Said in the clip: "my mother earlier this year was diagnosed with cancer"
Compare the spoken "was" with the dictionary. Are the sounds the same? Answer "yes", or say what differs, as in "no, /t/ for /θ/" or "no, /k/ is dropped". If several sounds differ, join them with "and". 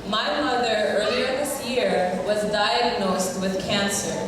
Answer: yes